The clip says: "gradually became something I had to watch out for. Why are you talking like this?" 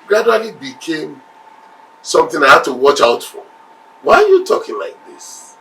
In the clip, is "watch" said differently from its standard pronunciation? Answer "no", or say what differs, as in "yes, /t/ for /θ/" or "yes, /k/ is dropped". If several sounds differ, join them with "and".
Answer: no